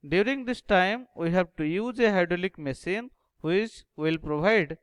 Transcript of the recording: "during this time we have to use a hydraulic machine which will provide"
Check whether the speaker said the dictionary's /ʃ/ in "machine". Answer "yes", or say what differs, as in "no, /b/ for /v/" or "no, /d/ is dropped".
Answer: no, /s/ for /ʃ/